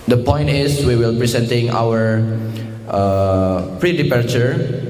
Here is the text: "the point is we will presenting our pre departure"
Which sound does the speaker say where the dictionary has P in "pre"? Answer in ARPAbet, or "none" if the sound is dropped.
P